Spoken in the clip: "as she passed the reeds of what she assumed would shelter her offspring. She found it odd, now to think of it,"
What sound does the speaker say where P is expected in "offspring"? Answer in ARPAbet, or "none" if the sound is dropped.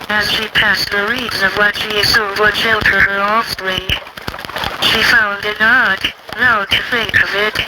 none